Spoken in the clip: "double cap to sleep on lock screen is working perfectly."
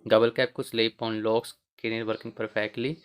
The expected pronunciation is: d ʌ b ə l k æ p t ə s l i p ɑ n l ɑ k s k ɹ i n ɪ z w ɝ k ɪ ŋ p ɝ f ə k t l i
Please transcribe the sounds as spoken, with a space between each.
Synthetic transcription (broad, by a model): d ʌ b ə l k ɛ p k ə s l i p ɑ n l ɑ k s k i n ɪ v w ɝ k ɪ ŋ p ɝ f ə k t l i